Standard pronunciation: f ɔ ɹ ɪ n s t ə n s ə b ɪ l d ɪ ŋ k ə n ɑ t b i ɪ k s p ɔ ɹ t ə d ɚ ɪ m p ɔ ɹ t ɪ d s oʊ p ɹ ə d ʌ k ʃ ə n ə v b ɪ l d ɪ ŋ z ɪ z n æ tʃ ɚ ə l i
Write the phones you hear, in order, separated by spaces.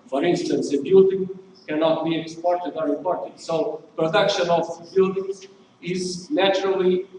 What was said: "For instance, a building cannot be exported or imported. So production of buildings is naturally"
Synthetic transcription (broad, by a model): f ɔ ɹ ɪ n s t ə n s ə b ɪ l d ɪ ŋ k ə n ɑ t b i ɪ k s p ɔ ɹ t ə d ɚ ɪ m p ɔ ɹ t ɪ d s oʊ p ɹ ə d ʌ k ʃ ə n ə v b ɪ l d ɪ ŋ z ɪ z n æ tʃ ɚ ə l i